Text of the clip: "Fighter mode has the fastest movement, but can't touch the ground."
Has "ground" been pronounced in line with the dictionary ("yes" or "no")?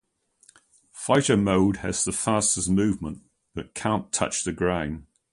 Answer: no